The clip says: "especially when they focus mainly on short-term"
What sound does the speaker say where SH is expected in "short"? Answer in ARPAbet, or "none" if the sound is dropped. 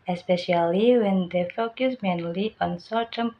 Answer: S